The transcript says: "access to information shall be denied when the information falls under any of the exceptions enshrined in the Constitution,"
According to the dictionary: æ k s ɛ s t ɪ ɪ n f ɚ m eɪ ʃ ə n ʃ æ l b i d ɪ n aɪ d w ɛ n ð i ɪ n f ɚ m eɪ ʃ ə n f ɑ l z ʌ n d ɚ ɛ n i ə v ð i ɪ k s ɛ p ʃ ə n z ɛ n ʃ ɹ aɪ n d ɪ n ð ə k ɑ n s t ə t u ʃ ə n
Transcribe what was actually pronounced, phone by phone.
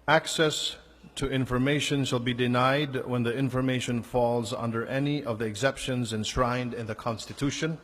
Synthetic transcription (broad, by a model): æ k s ɛ s t ɪ ɪ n f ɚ m eɪ ʃ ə n ʃ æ l b i d ɪ n aɪ d w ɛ n ð i ɪ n f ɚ m eɪ ʃ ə n f ɑ l z ʌ n d ɚ ɛ n i ə v ð i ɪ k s ɛ p ʃ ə n z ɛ n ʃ ɹ aɪ n d ɪ n ð ə k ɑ n s t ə t u ʃ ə n